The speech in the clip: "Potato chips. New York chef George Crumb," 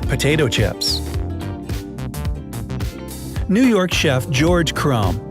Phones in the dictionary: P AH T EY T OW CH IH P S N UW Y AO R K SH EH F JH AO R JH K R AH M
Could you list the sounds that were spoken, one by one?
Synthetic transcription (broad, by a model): P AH T EY T OW CH IH P S N UW Y AO R K SH EH F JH AO R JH K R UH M